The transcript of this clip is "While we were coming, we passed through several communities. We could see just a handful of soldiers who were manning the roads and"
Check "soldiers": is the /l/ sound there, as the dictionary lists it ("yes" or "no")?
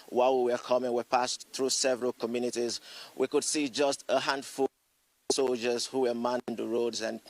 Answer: yes